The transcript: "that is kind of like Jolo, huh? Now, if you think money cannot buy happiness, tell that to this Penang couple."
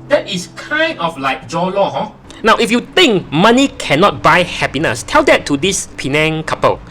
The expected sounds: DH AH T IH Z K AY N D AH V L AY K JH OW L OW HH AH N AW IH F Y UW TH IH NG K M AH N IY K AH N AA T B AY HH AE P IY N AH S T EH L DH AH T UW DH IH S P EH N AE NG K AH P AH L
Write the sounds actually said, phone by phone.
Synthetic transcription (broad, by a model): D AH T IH S K AY N D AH F L AY K JH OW L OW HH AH N AW IH F Y UW T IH NG K M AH N IY K AH N AA T B AY HH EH P IY N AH S T EH L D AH T UW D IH S P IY N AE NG K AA P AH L